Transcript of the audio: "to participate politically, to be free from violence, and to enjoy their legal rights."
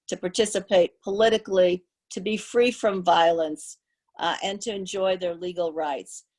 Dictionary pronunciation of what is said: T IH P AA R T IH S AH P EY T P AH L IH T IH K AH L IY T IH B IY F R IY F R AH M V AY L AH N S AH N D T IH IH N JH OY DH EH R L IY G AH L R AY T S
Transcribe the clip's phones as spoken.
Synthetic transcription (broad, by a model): T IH P AA R T IH S AH P EY T P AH L IH T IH K L IY T IH B IY F R IY F R AH M V AY L AH N S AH N T IH IH N JH OY DH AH R L IY G L R AY T S